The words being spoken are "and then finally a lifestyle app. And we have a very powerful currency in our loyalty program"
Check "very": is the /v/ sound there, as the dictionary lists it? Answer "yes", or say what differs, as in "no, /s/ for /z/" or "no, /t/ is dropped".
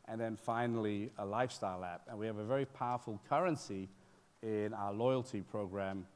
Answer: yes